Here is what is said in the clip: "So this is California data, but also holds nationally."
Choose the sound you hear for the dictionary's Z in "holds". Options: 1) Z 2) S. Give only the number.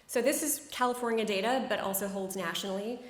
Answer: 1